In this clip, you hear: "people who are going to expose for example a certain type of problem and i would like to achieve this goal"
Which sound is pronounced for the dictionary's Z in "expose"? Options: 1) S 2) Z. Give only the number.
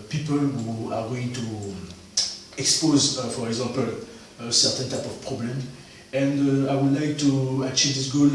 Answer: 2